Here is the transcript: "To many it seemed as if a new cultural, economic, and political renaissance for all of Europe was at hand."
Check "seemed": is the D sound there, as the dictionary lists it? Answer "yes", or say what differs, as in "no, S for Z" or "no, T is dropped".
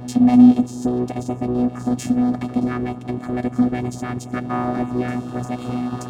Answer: yes